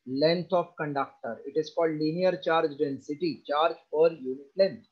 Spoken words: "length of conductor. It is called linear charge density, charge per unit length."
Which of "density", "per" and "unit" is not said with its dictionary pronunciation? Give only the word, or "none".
per